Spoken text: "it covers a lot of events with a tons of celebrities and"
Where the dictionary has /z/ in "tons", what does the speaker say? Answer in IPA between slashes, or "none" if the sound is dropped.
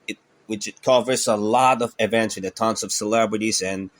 /s/